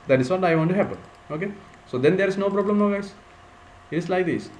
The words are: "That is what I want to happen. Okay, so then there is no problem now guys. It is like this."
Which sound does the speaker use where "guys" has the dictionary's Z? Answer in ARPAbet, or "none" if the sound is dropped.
S